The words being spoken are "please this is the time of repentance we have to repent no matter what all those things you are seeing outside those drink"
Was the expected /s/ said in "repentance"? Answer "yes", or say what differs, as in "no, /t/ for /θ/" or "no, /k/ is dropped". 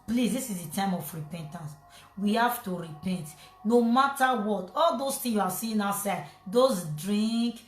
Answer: yes